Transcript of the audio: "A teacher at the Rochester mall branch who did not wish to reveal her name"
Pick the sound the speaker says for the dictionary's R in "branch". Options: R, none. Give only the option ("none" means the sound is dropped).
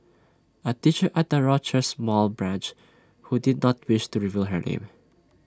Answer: R